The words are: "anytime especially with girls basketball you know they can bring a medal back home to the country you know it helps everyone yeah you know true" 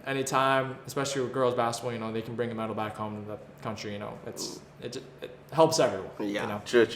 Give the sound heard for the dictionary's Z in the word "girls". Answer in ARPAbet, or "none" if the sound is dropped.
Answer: Z